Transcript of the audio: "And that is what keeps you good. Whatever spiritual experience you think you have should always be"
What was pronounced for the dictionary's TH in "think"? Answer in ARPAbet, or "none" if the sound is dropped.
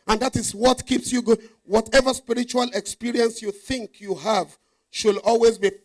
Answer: TH